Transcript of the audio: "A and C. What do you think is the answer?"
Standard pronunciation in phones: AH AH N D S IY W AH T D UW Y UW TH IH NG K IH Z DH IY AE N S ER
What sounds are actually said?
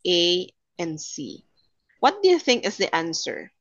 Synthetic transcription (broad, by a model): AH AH N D S IY W AH T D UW Y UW TH IH NG K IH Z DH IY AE N S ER